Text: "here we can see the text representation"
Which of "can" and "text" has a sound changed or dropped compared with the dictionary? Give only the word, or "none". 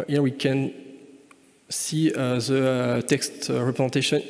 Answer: none